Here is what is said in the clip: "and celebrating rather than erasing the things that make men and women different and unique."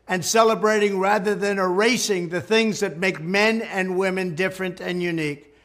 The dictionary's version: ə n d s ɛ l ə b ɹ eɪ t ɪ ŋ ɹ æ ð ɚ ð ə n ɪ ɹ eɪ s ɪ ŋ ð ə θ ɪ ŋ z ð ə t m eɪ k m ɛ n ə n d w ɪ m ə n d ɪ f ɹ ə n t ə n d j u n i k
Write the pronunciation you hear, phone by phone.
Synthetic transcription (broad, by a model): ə n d s ɛ l ə b ɹ eɪ t ɪ ŋ ɹ æ ð ɚ ð ə n ɪ ɹ eɪ s ɪ ŋ ð ə θ ɪ ŋ z ð ə t m eɪ k m ɛ n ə n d w ɪ m ə n d ɪ f ɹ ə n t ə n j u n i k